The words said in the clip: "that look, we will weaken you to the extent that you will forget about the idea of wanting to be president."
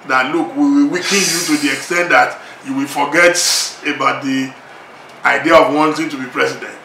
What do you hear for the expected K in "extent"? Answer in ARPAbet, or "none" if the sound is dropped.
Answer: K